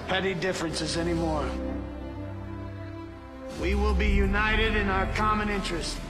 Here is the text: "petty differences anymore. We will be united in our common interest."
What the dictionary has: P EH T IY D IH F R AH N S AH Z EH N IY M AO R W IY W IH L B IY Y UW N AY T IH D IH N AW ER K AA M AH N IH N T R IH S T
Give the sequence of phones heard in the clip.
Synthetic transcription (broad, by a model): P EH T IY D IH F R AH N S AH Z EH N IY M AO R W IY W IH L B IY Y UW N AY T IH D IH N AW ER K AA M AH N IH N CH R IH S T